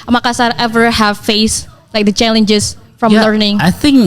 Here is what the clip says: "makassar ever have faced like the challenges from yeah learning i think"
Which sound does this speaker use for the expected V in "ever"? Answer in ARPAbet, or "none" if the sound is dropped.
V